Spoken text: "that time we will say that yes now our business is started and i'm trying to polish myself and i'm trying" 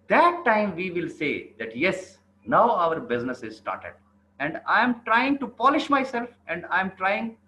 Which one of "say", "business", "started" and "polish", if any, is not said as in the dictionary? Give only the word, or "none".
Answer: none